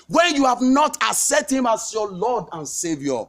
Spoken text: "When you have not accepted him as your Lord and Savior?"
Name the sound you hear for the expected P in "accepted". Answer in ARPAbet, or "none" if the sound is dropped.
none